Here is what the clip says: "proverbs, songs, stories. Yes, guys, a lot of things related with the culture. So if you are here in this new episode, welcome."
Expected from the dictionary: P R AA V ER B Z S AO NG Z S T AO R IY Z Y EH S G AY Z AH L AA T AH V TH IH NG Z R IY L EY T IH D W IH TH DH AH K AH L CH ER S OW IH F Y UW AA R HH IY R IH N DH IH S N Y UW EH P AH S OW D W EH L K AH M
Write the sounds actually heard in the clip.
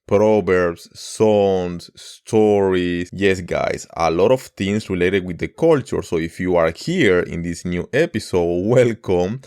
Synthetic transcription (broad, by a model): P R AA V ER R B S AO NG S T AO R IY S Y EH S G AY S AH L AA T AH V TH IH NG S R IY L EY T IH D W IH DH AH K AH L CH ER S OW IH F Y UW AA R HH IY R IH N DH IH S N Y UW EH P AH S OW D W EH L K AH M